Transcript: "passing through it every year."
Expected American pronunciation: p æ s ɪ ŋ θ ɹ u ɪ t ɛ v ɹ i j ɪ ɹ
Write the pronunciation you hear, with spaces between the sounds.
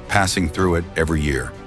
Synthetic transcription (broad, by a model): p æ s ɪ ŋ θ ɹ u ɪ t ɛ v ɹ i j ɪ ɹ